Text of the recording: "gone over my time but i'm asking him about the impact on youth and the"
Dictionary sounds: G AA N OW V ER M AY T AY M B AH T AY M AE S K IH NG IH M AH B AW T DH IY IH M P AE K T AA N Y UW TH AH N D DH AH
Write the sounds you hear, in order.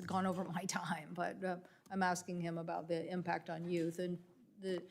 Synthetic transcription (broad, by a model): G AA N OW V ER M AY T AY M B AH T AY M AE S K IH NG IH M AH B AW T DH IY IH M P AE K T N Y UW TH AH N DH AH